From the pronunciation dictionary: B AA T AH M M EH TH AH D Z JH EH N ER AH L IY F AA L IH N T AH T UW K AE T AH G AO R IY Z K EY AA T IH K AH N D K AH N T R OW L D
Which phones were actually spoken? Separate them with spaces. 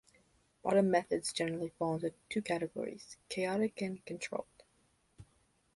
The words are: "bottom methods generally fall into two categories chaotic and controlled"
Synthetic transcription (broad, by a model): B AA T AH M M EH TH AH D Z JH EH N ER L IY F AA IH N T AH T UW K AE T AH G AO R IY Z K EY AA T IH K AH N K AH N T R OW L D